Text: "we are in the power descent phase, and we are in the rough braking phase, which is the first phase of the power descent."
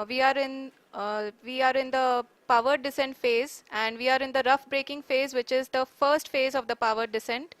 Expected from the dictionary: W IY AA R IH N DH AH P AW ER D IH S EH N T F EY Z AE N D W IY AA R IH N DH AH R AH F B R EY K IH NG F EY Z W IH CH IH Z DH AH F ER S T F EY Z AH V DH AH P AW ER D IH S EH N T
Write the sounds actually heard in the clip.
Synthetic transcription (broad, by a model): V IY AA R IH N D AH P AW ER D IH S EH N T F EY Z AE N D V IY AA R IH N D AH R AH F B R EY K IH NG F EY Z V IH CH IH Z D AH F ER S T F EY Z AH V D AH P AW ER D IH S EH N T